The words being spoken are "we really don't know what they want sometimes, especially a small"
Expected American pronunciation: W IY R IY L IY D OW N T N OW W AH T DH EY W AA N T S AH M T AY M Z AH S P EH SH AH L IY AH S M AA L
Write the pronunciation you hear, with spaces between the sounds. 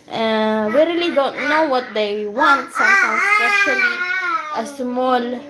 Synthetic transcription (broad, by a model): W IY R IY L IY D OW N T N OW W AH T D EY W AA N T S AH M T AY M S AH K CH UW AH L IY AH S M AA L